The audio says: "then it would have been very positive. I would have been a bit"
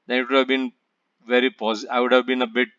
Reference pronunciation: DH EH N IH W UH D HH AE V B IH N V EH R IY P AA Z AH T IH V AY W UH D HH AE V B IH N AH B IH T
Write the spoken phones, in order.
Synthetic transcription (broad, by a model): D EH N IH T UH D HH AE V B IH N V EH R IY P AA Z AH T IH IH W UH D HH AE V B IH N AH B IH T